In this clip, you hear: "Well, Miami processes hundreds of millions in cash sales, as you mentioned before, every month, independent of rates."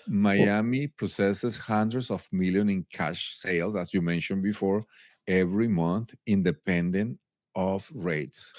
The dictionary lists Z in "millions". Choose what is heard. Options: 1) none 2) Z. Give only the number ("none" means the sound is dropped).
1